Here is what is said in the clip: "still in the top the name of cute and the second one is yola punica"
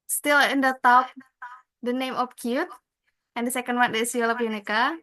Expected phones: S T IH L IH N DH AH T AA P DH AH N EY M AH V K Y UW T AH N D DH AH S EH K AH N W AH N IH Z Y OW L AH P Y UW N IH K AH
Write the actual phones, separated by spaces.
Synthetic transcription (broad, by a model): S T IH L IH N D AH T AA P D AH N EY M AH P K Y UW T AH N D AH S EH K AH N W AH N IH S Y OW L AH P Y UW N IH K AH